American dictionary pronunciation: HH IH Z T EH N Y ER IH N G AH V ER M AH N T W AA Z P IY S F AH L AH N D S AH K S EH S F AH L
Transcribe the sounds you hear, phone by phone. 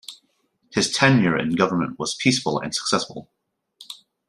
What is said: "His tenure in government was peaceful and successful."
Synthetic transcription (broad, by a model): HH IH Z T EH N Y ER IH N G AH V ER M AH N T W AA Z P IY S F AH L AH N S AH K S EH S F AH L